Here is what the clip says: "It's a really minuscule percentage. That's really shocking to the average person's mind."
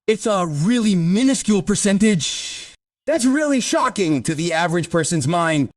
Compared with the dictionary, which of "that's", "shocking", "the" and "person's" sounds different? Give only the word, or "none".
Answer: none